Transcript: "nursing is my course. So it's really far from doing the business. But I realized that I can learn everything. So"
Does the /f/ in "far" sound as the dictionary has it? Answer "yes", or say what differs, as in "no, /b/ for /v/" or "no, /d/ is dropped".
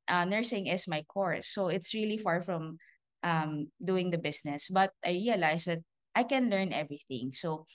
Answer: yes